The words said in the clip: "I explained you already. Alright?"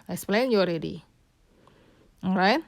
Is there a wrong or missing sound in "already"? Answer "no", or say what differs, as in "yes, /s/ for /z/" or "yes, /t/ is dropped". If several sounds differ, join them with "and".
no